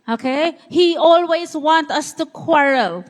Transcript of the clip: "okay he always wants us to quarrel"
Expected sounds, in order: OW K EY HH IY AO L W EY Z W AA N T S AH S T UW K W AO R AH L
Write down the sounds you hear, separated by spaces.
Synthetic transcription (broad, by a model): OW K EY HH IY AO L W EY Z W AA N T AH S T UW K W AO R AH L